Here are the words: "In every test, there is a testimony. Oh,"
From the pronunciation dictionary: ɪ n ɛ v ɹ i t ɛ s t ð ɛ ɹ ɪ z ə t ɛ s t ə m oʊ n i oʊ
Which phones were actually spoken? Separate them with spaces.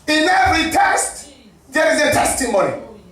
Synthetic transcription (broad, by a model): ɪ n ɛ ɹ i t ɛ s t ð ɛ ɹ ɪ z ə t ɛ s t ə m oʊ n i